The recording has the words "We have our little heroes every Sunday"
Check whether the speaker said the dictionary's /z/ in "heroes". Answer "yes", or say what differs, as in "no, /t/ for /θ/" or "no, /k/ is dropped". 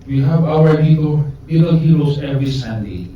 no, /s/ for /z/